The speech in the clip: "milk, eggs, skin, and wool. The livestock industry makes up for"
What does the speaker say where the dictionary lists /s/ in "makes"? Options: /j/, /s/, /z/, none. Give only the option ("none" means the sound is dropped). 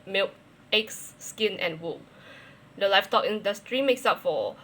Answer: /s/